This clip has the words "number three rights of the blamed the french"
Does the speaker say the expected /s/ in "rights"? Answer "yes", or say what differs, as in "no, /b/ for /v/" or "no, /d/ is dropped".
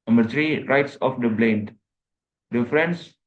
yes